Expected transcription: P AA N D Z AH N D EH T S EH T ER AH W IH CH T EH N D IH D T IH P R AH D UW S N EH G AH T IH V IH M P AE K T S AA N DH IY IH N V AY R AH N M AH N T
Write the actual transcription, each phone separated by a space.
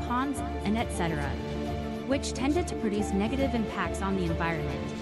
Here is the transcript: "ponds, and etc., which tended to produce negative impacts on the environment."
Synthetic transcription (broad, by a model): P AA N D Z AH N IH T S EH T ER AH W IH CH T EH N D IH D T IH P R AH D UW S N EH G AH T IH V IH M P AE K T S N DH IY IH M V AY R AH N M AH N T